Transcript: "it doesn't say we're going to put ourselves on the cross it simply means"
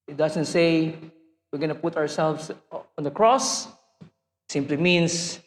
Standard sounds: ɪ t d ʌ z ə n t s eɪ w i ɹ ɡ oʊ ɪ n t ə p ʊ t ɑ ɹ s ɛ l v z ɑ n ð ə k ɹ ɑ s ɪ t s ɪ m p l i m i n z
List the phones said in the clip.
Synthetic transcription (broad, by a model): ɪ t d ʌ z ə n t s eɪ w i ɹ ɡ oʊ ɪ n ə p ʊ t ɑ ɹ s ɛ l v s ɑ n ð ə k ɹ ɑ s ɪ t s ɪ m p l i m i n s